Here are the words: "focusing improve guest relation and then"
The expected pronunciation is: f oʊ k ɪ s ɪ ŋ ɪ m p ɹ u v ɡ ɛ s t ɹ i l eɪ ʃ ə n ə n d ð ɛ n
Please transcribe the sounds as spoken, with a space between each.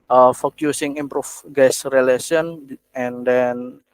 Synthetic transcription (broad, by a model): f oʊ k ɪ s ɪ ŋ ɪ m p ɹ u f ɡ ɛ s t ɹ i l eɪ s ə n ə n d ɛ n